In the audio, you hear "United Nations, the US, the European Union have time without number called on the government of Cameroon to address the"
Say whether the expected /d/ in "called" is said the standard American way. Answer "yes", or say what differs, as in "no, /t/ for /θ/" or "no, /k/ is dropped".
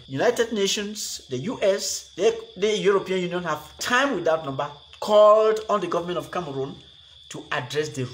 yes